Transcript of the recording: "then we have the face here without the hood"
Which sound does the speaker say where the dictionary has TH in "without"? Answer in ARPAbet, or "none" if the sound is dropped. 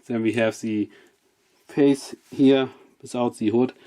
S